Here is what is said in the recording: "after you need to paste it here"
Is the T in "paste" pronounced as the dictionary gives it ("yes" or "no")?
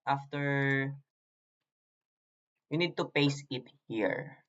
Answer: no